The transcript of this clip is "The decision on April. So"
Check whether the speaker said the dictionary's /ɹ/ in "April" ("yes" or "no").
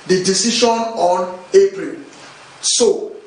yes